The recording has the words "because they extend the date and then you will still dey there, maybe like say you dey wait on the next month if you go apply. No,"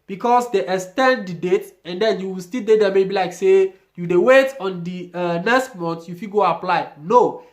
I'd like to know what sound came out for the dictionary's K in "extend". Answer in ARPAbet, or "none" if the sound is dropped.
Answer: none